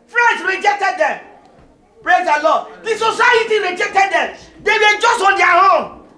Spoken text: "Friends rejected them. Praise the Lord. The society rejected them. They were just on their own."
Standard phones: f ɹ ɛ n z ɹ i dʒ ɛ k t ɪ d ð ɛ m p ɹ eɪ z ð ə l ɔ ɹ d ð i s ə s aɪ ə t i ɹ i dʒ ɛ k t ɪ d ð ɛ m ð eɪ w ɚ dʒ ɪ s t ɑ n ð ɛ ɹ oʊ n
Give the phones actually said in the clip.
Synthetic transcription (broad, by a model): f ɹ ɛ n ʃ ɹ i dʒ ɛ k t ɪ d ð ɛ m p ɹ eɪ z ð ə l ɔ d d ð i s ə s aɪ ə t i ɹ i dʒ ɛ k t ɪ d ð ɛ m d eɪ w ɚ dʒ ɪ s t ɑ n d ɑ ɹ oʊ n